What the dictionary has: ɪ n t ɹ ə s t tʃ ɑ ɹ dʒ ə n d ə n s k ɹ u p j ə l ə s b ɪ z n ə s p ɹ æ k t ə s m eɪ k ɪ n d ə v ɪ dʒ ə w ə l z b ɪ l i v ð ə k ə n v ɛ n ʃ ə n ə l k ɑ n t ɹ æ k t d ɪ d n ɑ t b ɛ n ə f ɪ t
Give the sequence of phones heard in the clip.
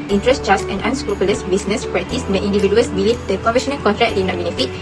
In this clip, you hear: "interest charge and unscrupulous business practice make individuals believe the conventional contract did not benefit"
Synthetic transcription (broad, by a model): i n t ɹ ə s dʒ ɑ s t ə n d ə n s k ɹ u p j ə l ə s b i s n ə s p ɹ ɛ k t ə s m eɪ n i n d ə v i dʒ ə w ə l s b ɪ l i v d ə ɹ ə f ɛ ʃ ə n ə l k ɑ n t ɹ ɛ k d ɪ d n ɑ t b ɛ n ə f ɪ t